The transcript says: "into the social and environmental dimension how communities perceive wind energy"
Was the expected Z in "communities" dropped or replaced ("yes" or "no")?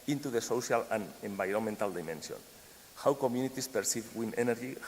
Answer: yes